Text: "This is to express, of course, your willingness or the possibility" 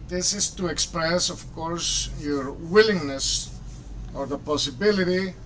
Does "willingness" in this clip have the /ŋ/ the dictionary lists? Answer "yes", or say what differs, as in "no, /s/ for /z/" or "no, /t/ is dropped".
yes